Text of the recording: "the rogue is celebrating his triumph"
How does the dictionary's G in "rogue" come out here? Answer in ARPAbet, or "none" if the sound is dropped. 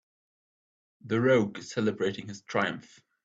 none